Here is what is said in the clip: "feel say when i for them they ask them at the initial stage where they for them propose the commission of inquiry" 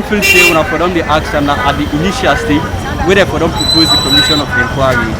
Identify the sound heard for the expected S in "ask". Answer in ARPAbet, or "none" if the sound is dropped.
none